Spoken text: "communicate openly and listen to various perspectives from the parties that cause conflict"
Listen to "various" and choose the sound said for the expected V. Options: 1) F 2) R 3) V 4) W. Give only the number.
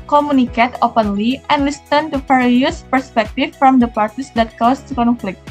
1